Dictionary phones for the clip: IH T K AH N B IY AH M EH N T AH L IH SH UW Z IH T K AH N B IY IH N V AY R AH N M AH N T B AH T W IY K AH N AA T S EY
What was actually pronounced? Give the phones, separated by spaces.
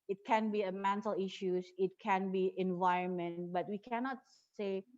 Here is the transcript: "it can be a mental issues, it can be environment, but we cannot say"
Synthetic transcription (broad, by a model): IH T K AH N B IY AH M EH N T AH L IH SH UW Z IH T K AH N B IY IH N V AY R AH N M AH N T B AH T W IY K AH N AA T S EY